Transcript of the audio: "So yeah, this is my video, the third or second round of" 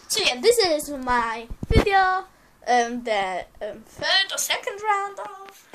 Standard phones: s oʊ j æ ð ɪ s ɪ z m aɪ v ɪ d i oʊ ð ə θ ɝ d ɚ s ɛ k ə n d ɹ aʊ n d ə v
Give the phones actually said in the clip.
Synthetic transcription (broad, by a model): s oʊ j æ ð ɪ s ɪ z m aɪ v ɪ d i oʊ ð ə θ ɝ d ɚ s ɛ k ə n d ɹ aʊ n d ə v